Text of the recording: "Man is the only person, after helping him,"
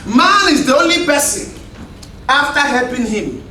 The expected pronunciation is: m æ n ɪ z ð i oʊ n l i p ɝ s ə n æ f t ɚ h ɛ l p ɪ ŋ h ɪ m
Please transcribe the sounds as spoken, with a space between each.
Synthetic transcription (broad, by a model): m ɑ n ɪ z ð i oʊ n l i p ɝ s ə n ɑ f t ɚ h ɛ l p ɪ ŋ h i m